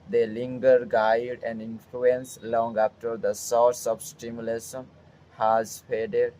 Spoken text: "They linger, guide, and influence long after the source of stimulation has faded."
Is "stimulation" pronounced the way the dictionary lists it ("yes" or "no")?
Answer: no